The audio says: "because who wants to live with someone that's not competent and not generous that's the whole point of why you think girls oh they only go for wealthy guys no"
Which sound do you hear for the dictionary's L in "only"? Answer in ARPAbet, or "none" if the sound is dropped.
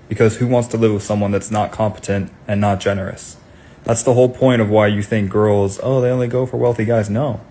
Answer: L